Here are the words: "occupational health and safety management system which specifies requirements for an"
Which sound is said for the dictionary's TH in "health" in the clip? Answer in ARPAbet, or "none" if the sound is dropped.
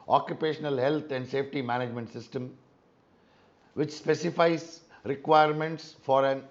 T